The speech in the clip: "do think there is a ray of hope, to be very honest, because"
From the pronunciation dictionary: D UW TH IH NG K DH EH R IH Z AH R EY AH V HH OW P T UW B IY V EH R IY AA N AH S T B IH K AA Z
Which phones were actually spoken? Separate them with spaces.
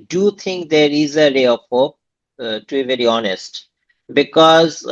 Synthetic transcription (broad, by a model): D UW T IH NG K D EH R IH Z AH R EY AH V HH OW P T UW B IY V EH R IY AA N AH S T B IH K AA Z